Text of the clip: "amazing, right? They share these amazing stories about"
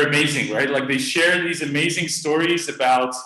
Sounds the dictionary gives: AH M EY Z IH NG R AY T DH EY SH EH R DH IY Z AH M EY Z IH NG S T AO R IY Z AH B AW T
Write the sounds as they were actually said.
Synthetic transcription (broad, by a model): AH M EY Z IH NG R AY T DH EY SH EH R DH IY Z AH M EY Z IH NG S T AO R IY Z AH B AW T